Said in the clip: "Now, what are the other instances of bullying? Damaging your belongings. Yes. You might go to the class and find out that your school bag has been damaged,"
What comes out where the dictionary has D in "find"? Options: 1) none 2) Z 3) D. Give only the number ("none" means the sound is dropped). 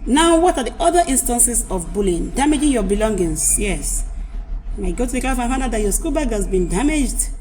1